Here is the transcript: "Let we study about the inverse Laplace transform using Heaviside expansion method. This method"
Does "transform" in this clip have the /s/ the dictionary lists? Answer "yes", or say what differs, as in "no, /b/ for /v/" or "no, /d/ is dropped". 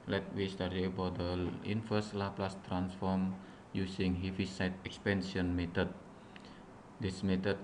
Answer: yes